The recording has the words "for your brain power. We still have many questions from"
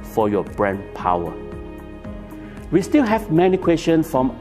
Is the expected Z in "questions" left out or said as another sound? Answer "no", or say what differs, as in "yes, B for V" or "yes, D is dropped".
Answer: yes, Z is dropped